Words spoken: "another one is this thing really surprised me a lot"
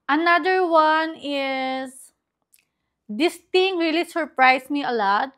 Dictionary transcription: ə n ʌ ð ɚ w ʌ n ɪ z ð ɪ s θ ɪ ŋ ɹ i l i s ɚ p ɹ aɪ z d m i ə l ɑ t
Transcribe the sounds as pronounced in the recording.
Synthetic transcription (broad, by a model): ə n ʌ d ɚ w ʌ n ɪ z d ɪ s t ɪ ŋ ɹ i l i s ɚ p ɹ aɪ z m i ə l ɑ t